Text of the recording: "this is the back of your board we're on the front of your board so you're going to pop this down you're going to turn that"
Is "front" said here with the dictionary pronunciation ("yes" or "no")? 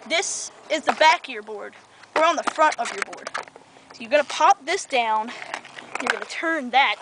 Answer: yes